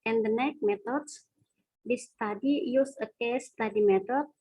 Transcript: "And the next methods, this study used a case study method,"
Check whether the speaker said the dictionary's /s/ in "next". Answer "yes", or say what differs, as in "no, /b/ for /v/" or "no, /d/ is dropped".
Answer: no, /s/ is dropped